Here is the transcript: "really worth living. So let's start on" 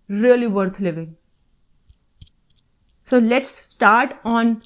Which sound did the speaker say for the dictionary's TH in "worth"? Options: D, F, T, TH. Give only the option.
T